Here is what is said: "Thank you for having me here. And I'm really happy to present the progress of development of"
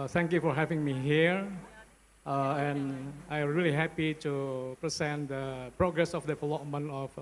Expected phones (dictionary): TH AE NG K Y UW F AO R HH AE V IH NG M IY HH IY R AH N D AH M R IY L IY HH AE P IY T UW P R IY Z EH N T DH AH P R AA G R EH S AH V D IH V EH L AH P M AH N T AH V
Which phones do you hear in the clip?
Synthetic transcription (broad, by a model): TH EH NG K Y UW F AO R HH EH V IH NG M IY HH IY R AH N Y AH M R IY L IY HH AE P IY T UW P R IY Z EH N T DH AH P R AA G R EH S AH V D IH F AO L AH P M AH N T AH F